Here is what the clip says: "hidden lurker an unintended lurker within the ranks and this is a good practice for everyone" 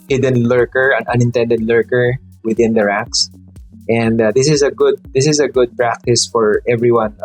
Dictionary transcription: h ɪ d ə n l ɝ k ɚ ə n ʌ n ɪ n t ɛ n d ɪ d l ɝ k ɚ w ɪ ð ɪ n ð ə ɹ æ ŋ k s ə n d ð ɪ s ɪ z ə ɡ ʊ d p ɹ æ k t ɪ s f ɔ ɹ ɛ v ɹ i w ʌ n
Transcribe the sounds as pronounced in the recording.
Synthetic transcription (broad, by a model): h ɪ d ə n l ɝ k ɚ ə n ʌ n ɪ n t ɛ n d ɪ d l ɝ k ɚ w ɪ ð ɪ n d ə ɹ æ k s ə n d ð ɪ s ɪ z ə ɡ ʊ d p ɹ æ k t ɪ s f ɔ ɹ ɛ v ɹ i w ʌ n